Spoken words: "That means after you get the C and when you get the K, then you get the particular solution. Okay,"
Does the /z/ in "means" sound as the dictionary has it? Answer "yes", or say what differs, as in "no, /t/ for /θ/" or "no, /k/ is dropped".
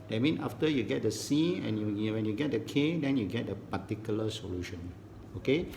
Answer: no, /z/ is dropped